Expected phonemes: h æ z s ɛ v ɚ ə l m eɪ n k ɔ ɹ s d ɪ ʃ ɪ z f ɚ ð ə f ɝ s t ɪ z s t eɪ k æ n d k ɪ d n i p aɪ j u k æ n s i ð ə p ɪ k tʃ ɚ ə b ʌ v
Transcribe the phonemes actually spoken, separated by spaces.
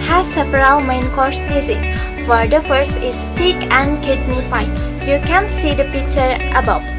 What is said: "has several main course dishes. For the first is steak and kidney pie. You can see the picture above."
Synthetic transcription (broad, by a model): h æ s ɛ p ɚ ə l m eɪ n k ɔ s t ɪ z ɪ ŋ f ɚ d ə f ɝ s ɪ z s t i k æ n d k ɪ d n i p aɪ j u k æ n s i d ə p ɪ k tʃ ɚ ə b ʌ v